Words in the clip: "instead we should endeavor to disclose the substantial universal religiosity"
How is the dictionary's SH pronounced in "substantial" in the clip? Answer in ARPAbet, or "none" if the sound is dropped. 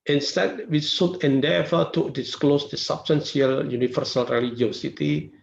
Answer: S